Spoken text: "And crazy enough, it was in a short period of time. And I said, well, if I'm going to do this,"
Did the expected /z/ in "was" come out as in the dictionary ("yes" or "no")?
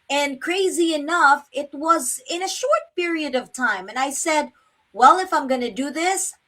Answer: yes